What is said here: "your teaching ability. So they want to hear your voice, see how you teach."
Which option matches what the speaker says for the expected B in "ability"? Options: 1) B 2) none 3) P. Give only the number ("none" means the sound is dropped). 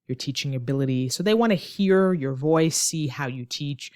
1